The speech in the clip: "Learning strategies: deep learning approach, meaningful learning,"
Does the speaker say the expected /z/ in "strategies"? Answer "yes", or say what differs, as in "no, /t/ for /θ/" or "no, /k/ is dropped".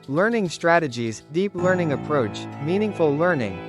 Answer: yes